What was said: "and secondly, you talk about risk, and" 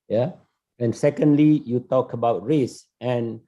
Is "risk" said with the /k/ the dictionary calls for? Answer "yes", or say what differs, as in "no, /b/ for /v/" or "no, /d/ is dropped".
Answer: no, /k/ is dropped